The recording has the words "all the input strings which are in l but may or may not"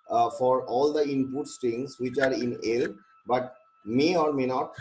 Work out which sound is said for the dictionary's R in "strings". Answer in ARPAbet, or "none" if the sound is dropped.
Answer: none